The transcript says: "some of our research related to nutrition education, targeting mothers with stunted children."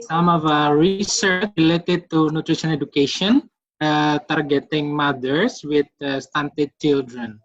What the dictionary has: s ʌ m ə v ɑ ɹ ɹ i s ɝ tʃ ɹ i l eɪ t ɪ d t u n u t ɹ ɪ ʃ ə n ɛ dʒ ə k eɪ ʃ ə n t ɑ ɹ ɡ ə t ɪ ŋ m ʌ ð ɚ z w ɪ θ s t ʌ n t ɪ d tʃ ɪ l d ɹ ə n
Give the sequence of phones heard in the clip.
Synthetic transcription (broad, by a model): s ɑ m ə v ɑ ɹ ɹ i s ɝ tʃ ɹ i l eɪ t ɪ d t u n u t ɹ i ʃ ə n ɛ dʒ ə k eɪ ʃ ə n t ɑ ɹ ɡ ə t ɪ ŋ m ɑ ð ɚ s w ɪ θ s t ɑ n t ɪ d tʃ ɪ l d ɹ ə n